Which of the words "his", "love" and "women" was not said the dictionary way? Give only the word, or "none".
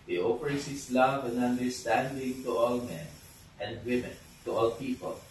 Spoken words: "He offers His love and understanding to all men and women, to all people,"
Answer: his